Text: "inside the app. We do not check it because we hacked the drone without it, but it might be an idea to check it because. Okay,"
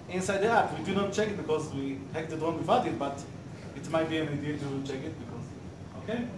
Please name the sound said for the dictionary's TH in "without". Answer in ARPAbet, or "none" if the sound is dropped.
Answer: F